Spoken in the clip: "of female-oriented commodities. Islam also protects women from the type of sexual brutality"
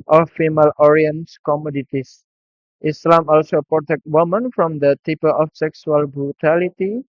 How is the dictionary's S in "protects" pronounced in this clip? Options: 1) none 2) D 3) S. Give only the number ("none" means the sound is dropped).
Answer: 1